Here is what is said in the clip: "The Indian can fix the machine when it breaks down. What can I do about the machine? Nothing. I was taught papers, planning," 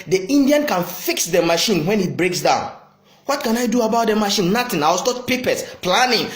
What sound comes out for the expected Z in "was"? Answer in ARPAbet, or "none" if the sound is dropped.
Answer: S